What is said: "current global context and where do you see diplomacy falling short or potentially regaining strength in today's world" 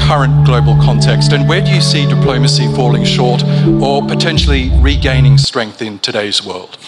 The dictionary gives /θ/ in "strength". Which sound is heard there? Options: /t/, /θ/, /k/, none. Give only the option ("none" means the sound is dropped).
/θ/